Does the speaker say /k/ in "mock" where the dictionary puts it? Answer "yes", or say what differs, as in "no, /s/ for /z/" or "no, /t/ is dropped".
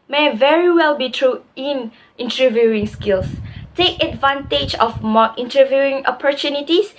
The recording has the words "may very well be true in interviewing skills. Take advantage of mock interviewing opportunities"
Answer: no, /k/ is dropped